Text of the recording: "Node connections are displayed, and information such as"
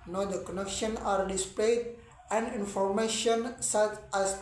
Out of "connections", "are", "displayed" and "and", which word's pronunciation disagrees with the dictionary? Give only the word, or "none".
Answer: connections